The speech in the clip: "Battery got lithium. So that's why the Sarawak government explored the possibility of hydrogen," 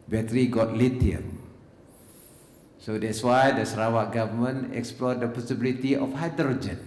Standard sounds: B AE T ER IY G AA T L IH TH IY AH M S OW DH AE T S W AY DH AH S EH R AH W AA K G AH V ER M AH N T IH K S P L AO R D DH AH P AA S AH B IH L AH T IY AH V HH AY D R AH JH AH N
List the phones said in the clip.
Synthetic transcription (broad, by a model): B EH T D IY G AA T L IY T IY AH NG S OW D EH T S W AY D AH S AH R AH W AA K G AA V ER M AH N IH K S P L AO D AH P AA S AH B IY L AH T IY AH F HH AY D R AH JH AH N